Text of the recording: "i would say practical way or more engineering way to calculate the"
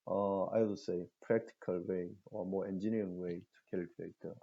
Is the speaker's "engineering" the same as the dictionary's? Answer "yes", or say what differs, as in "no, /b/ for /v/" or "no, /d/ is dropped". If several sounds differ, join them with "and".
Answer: no, /ɹ/ is dropped